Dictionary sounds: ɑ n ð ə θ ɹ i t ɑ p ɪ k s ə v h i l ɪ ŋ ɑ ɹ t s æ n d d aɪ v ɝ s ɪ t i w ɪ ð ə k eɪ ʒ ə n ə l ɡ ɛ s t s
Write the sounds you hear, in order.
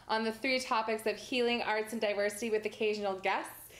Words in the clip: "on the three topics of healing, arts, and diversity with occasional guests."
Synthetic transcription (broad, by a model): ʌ n ð ə θ ɹ i t ɑ p ɪ k s ə v h i l ɪ ŋ ɑ ɹ t s n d d aɪ v ɝ s ɪ t i w ɪ ð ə k eɪ ʒ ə n l ɡ ɛ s t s